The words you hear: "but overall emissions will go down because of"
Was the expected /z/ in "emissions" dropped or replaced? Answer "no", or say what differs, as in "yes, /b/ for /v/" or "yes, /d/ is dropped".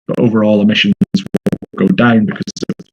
no